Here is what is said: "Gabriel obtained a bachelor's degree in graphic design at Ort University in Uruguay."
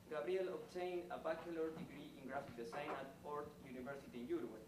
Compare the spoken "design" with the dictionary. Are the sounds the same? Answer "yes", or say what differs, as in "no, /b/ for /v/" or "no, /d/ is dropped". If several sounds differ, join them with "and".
no, /s/ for /z/